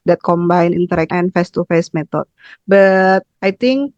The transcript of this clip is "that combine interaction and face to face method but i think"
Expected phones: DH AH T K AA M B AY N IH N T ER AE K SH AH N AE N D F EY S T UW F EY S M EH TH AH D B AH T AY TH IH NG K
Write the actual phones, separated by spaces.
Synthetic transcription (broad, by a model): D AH T K AA M B AY N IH N T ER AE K AH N N F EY S T UW F EY S M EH T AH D B AH T AY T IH NG K